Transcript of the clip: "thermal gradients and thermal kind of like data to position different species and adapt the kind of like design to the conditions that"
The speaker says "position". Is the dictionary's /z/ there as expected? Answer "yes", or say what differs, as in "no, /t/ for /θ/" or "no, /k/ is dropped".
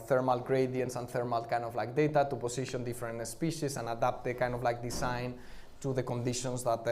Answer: no, /s/ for /z/